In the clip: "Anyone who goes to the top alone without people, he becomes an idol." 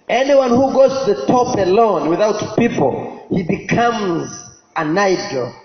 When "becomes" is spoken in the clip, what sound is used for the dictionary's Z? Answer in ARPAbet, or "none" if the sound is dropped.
Z